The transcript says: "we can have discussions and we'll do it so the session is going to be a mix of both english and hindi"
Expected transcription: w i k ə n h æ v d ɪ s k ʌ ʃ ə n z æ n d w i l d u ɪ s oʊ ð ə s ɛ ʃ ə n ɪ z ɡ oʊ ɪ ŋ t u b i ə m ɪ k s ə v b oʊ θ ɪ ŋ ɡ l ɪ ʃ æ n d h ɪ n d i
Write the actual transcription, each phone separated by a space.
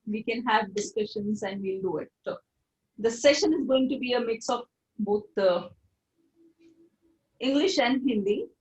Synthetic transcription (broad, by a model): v i k ə n h æ v d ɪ s k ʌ ʃ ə n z æ n d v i l d u ɪ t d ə s ɛ ʃ ə n ɪ z ɡ oʊ ɪ ŋ t u b i ə m ɪ k s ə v b oʊ t ɪ ŋ ɡ l ɪ ʃ æ n d h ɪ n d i